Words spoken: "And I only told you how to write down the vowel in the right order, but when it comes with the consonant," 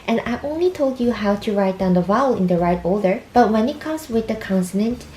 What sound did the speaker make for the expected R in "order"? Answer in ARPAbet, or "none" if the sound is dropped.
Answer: L